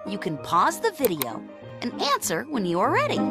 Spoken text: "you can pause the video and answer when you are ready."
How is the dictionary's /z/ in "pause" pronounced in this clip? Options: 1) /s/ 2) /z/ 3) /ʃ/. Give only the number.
2